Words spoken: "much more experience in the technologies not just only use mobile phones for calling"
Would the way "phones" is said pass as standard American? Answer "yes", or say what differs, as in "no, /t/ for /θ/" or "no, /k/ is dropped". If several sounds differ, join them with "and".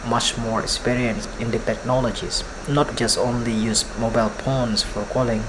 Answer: no, /p/ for /f/ and /s/ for /z/